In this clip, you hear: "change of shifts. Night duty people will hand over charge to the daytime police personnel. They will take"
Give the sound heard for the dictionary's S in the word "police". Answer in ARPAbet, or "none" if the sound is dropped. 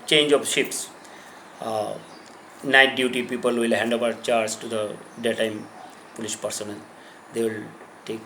SH